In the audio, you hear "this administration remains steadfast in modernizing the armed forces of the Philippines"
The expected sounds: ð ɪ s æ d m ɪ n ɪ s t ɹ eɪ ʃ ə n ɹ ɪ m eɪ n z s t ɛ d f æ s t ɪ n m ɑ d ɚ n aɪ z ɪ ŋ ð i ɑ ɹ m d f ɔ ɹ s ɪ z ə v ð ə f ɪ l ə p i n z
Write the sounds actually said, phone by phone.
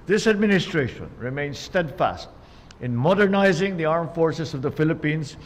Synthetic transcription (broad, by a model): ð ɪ s æ d m ɪ n ɪ s t ɹ eɪ ʃ ə n ɹ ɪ m eɪ n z s t ɛ d f æ s t ɪ n m ɑ d ɚ n aɪ z ɪ ŋ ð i ɑ ɹ m f ɔ ɹ s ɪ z ə v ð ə f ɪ l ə p i n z